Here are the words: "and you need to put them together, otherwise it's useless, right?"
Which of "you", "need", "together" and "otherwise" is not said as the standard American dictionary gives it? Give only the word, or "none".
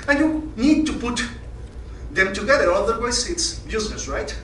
otherwise